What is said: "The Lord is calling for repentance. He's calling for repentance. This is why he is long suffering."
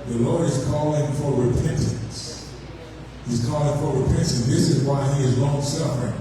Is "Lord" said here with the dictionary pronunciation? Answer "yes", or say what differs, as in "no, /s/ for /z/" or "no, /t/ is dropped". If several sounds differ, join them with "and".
yes